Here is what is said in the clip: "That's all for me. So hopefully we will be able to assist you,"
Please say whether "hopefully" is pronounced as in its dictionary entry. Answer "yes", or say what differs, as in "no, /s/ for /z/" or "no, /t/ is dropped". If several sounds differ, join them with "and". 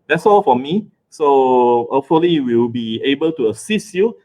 no, /p/ is dropped